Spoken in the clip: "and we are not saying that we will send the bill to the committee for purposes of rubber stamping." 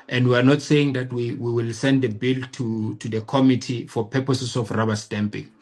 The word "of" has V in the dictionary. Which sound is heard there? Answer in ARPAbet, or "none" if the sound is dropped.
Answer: F